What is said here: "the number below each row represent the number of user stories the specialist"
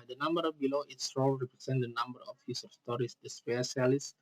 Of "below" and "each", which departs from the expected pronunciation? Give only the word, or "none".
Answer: each